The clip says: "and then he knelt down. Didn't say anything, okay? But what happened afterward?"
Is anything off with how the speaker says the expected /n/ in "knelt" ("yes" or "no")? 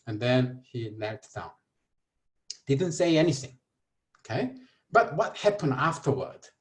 yes